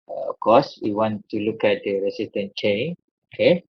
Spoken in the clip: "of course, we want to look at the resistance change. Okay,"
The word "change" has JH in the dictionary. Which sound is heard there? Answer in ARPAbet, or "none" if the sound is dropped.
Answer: none